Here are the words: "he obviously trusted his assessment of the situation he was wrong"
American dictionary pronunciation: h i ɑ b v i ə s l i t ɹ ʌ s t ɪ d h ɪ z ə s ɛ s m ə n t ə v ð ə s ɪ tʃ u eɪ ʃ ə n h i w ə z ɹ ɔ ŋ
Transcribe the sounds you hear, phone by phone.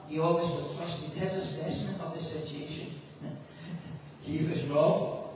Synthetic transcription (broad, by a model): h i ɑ v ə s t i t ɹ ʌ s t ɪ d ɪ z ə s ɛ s ə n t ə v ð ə s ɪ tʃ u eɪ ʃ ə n h i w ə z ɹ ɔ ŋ